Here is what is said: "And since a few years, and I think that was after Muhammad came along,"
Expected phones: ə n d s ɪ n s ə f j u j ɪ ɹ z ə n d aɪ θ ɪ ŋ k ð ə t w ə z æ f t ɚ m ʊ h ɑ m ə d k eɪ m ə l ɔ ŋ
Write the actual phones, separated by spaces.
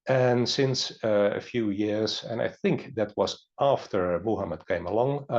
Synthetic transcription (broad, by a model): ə n s ɪ n s ə f j u j ɪ ɹ z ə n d aɪ θ ɪ ŋ k ð ə t w ə z æ f t ɚ m ʊ h ɑ m ə d k eɪ m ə l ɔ ŋ